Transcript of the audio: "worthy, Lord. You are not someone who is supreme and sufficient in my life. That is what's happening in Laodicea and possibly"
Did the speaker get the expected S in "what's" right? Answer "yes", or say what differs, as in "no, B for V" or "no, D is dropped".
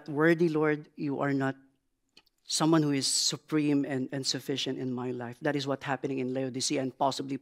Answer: no, S is dropped